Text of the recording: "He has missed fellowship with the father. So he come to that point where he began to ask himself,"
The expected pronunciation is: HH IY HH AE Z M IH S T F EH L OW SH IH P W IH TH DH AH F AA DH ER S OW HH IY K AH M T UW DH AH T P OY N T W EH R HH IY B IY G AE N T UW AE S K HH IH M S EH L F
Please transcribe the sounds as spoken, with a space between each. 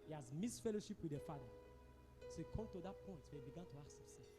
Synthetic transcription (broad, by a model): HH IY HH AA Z M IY S F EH L OW SH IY P W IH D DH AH F AA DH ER S OW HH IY K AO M T UW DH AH T P OY N T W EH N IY B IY G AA N T UW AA K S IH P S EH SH